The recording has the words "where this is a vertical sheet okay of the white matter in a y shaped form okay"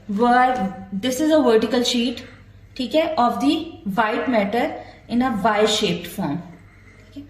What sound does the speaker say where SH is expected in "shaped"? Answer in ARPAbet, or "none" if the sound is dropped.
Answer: SH